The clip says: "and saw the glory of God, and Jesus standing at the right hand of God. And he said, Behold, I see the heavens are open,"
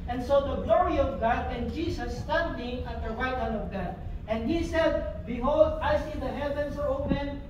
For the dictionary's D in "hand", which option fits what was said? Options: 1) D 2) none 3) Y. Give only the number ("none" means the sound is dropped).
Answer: 2